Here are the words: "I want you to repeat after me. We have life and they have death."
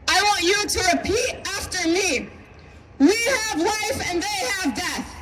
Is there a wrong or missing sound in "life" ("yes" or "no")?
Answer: yes